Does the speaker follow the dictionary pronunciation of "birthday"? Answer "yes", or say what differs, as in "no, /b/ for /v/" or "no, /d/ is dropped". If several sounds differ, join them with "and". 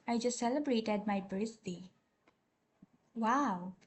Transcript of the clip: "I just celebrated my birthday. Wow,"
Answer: no, /s/ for /θ/